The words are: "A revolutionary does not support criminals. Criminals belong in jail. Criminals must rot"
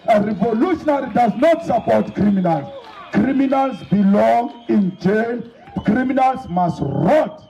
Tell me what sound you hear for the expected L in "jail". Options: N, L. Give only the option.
N